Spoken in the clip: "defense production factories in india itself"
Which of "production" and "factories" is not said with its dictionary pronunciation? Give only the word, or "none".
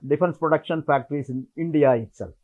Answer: factories